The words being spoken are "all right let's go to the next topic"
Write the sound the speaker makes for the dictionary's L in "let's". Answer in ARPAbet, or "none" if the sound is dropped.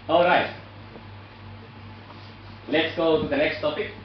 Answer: L